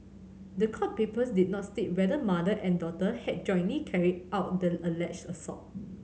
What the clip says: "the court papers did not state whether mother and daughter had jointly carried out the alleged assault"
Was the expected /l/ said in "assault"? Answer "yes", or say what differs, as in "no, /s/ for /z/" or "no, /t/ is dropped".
no, /l/ is dropped